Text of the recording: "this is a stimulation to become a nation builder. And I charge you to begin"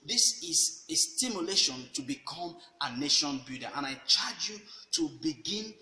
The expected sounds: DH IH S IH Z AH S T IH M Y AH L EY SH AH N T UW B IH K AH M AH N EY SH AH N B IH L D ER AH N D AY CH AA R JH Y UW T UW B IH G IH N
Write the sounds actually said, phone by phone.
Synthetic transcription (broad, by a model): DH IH S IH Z AH S T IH M Y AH L EY SH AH N T UW B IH K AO M AH N EY SH AH N B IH D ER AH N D AY CH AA JH Y UW T UW B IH G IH N